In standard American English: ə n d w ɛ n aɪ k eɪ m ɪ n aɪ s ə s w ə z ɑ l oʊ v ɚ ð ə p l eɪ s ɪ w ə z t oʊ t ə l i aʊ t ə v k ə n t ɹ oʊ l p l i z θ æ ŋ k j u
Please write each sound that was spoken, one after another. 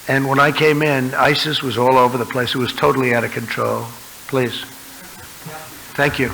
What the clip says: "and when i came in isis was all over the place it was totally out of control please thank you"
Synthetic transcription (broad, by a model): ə n w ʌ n aɪ k eɪ m ɪ n aɪ s ə s w ə z ɑ l oʊ v ɚ ð ə p l eɪ s ɪ w ə z t oʊ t l i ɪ t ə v k ə n t ɹ oʊ l p l i z θ æ ŋ k j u